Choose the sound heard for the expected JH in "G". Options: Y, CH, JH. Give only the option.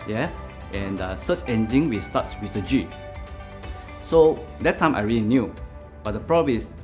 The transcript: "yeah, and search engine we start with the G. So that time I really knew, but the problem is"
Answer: JH